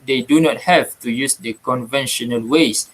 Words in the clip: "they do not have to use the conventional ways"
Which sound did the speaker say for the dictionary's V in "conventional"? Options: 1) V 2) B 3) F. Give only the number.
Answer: 1